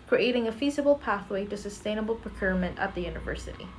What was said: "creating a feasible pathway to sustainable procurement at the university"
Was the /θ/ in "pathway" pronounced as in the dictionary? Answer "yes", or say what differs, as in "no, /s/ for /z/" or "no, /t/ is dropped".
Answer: yes